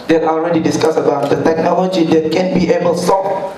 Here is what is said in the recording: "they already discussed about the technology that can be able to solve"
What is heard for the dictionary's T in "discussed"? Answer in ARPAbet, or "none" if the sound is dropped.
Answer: none